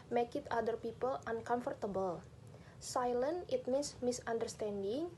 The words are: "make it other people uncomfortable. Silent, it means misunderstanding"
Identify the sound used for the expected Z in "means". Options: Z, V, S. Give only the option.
S